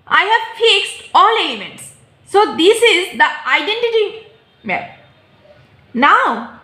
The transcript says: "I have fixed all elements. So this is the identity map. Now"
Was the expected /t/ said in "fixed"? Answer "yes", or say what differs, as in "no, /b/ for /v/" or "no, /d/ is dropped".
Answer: yes